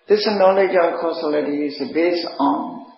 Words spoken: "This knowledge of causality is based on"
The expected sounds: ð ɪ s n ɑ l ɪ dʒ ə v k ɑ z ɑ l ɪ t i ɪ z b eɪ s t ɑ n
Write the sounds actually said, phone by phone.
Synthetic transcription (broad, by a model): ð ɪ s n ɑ l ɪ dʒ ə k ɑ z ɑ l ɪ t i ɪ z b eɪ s ɑ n